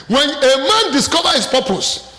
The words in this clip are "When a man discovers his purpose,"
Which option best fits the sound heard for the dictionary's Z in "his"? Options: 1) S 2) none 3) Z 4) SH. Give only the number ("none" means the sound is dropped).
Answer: 1